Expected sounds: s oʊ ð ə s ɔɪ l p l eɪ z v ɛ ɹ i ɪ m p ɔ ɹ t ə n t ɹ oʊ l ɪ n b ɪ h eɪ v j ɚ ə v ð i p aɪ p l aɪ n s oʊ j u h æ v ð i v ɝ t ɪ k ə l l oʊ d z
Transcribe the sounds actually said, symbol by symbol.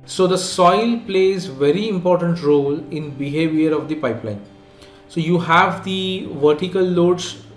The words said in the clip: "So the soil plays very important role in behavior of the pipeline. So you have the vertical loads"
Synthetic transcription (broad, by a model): s oʊ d ə s ɔɪ l p l eɪ z v ɛ ɹ i ɪ m p ɔ ɹ t ə n t ɹ oʊ l ɪ n b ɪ h eɪ v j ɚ ə v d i p aɪ p l aɪ n s oʊ j u h æ v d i v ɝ t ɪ k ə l l oʊ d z